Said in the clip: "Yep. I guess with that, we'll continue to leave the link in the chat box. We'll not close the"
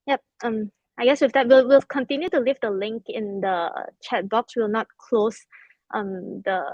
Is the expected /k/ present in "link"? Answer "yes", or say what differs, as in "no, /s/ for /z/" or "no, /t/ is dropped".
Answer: yes